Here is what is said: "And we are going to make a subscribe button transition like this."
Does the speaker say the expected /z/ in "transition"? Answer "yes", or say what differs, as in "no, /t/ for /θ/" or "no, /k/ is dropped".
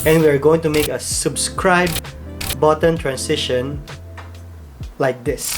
no, /s/ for /z/